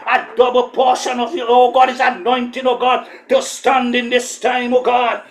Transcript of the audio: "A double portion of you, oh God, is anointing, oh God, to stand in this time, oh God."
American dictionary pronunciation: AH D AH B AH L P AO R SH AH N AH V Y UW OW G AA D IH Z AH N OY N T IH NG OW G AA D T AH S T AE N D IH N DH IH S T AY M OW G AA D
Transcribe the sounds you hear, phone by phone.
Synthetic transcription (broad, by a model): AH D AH B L P AO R SH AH N AH V Y UW OW G AA D IH Z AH N OY N T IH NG OW G AA D T AH S T AE N D IH N DH IH S T AY M OW G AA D